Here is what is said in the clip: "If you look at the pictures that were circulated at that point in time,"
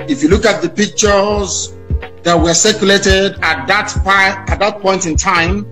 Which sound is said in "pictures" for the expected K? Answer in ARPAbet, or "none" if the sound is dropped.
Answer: K